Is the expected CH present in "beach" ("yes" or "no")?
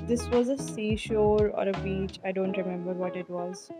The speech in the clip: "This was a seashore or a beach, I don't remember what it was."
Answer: yes